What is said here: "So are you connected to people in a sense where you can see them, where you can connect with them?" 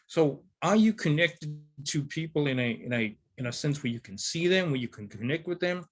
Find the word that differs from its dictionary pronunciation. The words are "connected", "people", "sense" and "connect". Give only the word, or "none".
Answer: people